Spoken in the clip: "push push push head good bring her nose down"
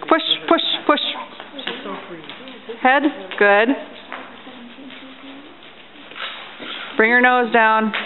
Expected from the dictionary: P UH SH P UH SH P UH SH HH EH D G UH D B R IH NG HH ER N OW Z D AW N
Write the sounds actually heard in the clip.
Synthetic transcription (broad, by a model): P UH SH P UH SH P UH SH HH EH D G UH D B R IH NG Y ER N OW Z D AW N